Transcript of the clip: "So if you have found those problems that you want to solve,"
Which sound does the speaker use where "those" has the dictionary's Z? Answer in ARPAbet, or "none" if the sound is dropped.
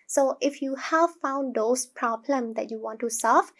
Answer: S